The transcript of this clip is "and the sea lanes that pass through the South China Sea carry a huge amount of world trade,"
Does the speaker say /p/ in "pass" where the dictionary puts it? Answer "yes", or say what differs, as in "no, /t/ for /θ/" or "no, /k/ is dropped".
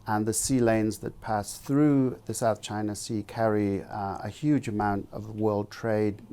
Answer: yes